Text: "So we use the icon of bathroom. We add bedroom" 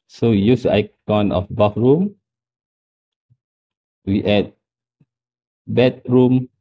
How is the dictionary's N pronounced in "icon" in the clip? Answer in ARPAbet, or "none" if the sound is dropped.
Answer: N